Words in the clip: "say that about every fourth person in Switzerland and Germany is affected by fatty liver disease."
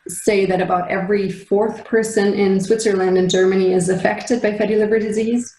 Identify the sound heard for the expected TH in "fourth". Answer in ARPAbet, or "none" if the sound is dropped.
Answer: TH